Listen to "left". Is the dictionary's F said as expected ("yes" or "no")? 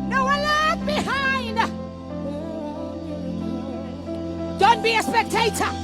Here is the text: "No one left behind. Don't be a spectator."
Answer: no